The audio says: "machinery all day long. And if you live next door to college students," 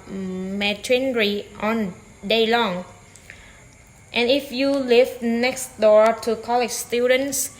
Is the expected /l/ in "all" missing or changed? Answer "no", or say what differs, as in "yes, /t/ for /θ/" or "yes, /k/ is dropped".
yes, /n/ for /l/